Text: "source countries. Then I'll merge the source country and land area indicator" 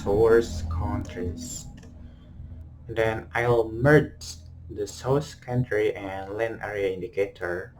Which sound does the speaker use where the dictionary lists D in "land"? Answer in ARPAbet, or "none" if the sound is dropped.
none